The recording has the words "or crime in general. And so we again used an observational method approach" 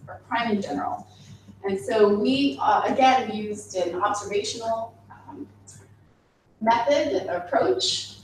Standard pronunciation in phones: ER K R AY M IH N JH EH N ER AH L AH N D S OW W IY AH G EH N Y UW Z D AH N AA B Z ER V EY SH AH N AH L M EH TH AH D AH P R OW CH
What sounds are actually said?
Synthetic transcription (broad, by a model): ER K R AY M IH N JH EH N ER L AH N S OW W IY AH G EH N Y UW Z D AH N AA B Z ER V EY SH N L M EH TH AH D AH P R OW CH